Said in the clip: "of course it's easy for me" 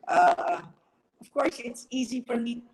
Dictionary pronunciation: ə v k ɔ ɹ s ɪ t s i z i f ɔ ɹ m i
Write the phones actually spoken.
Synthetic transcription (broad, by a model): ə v k ɔ ɹ s ɪ t s i z i f ɔ ɹ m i